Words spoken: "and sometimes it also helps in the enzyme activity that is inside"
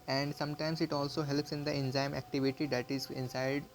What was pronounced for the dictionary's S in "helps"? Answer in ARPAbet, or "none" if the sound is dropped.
S